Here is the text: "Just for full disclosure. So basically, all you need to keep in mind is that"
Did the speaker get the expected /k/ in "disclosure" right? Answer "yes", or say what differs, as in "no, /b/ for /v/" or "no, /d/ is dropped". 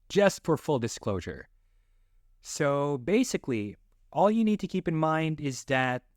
yes